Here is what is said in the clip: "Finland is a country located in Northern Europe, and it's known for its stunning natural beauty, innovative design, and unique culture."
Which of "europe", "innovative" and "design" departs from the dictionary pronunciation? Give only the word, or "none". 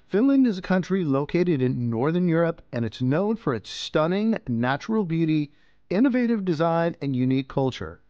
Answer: none